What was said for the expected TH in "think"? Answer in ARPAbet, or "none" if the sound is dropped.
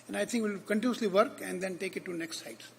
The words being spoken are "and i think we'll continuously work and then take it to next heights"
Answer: T